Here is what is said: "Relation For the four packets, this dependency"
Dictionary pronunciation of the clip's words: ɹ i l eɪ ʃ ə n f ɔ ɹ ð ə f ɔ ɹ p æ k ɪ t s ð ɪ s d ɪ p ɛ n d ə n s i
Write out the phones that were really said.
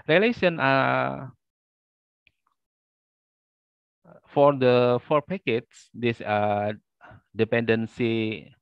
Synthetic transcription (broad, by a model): ɹ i l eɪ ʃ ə n f ɔ ɹ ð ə f ɔ ɹ p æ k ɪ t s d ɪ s d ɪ p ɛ n d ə n s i